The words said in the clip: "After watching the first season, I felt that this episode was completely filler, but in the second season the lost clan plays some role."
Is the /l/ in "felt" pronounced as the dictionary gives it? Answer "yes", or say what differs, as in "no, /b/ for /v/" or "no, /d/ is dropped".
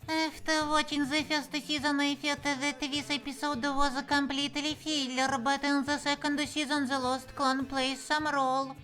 no, /l/ is dropped